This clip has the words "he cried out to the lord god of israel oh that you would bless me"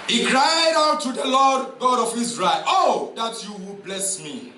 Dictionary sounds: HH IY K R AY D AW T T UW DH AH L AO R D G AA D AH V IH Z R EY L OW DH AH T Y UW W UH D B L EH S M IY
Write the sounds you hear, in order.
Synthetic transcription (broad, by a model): HH IY K R AY D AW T T UW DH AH L AO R D G AA D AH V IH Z R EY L OW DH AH T Y UW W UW B L EH S M IY